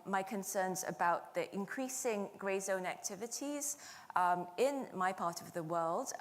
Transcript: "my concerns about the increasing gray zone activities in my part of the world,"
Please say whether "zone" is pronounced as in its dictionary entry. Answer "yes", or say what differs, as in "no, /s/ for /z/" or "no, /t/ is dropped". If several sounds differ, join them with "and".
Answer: yes